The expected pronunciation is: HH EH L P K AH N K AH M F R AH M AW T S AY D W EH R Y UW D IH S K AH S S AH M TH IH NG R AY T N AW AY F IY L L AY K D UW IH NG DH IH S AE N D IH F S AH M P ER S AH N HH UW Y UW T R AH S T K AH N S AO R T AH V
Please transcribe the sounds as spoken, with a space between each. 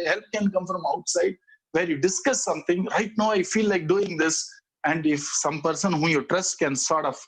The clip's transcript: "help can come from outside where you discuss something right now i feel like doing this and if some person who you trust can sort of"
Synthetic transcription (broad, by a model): HH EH L P K AH N K AH M F R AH M AW T S AY D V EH R Y UW D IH S K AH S S AH M T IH NG R AY T N AW AY F IY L L AY K D UW IH NG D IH S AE N D IH F S AH M P ER S AH N HH UW Y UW T R AH S T K AH N S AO R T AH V